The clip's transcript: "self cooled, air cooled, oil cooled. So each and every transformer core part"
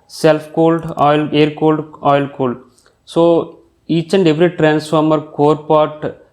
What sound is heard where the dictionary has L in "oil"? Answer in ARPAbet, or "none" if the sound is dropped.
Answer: L